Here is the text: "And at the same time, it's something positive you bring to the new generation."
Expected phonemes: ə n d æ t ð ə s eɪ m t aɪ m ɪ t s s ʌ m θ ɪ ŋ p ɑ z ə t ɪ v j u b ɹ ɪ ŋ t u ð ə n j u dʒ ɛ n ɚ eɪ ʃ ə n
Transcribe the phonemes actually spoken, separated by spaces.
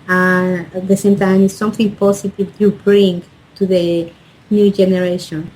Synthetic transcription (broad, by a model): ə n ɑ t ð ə s eɪ m t aɪ m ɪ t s s ʌ m θ ɪ ŋ p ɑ s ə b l j u b ɹ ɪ ŋ t u ð ə n j u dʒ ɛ n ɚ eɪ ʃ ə n